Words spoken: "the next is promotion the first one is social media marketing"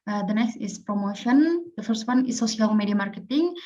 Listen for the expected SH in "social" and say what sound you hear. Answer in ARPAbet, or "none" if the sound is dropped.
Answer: S